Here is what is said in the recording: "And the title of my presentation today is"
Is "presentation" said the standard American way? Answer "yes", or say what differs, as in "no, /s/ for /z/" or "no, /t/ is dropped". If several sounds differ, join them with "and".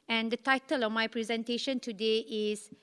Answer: yes